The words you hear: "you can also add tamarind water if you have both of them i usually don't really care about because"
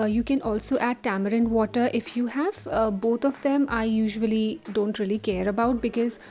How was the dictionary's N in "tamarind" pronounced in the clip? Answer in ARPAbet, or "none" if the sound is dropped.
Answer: N